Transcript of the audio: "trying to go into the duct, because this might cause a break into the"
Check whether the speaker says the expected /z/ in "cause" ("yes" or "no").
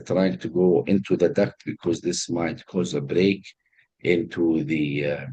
yes